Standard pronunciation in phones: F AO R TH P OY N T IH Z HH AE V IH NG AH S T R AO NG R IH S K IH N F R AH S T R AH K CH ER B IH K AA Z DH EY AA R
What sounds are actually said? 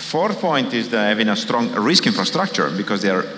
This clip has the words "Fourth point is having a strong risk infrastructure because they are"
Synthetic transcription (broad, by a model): F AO R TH P OY N T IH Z HH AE V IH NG AH S T R AO NG R IH S K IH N F R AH S T R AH K CH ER B IH K AA Z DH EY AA R